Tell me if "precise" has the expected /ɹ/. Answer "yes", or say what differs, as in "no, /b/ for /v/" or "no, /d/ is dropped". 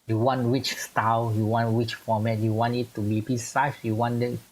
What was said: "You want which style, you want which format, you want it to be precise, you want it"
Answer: no, /ɹ/ is dropped